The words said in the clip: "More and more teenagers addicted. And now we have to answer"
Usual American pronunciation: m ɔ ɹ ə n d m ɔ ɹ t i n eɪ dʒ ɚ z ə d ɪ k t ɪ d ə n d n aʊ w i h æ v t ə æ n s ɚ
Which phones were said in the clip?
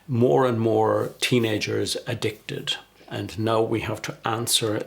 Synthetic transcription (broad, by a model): m ɔ ɹ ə n m ɔ ɹ t i n eɪ dʒ ɚ z ə d ɪ k t ɪ d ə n n aʊ w i h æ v t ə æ n s ɚ